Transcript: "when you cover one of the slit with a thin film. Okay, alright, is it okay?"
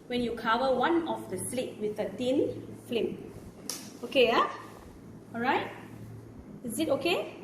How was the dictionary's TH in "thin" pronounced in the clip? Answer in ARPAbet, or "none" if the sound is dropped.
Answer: T